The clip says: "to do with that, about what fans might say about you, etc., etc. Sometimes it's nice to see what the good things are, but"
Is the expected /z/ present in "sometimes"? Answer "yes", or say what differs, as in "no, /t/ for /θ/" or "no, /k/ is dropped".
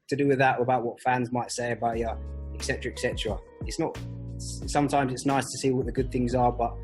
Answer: yes